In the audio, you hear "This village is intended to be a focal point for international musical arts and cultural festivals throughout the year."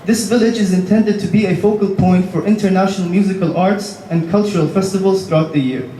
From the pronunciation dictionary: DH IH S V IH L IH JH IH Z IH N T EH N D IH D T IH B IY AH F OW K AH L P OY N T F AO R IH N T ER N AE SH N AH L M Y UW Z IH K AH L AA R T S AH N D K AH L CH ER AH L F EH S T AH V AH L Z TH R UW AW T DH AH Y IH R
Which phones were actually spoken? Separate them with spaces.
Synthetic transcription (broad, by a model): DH IH S V IH L IH JH IH Z IH N T EH N D IH D T IH B IY AH F OW K AH L P OY N T F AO R IH N T ER N AE SH N AH L M Y UW Z IH K AH L AA R T S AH N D K AH L CH ER AH L F EH S T AH V AH L Z TH R UW AW T DH AH Y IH R